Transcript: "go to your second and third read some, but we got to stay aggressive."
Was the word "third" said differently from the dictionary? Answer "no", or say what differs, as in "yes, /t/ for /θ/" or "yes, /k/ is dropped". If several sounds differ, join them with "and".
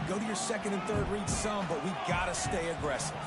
no